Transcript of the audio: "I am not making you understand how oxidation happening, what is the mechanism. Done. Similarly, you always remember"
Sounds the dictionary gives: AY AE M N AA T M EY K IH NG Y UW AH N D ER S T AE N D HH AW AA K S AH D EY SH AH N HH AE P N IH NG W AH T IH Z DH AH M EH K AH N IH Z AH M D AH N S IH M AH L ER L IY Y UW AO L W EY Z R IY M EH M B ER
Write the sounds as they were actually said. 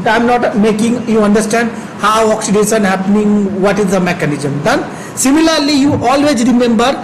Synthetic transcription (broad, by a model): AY M N AA T M EY K IH NG Y UW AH N D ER S T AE N D HH AW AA K S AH D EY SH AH N HH AE P N IH NG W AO T IH Z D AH M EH K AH N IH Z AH M D AH N S IH M AH L ER L IY Y UW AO L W EY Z R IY M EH M B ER